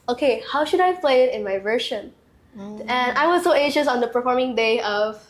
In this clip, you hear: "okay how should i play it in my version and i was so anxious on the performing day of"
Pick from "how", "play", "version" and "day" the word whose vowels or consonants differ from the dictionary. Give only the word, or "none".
version